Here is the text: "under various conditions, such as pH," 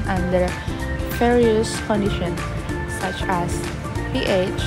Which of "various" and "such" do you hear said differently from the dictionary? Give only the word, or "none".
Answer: various